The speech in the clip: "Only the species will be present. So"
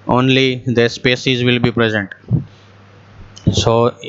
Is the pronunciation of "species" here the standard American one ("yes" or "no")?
no